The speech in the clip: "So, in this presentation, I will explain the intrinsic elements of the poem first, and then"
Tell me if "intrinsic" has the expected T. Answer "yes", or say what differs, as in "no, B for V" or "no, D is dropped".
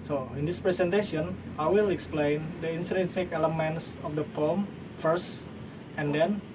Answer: no, S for T